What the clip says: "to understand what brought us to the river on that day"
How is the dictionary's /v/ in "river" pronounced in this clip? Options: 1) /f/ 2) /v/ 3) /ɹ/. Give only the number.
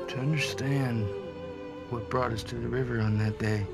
2